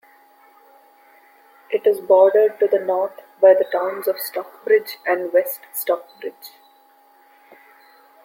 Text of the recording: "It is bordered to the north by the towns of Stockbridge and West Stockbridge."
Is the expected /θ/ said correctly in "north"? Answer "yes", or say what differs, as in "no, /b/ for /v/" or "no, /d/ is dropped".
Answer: no, /t/ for /θ/